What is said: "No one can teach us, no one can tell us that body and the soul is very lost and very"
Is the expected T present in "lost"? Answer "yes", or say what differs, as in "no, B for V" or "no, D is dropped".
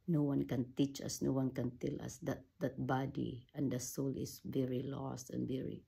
yes